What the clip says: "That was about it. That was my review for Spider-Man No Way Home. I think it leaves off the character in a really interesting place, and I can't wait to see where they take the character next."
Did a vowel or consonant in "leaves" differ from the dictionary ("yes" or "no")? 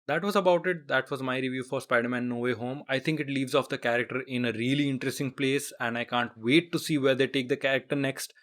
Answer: no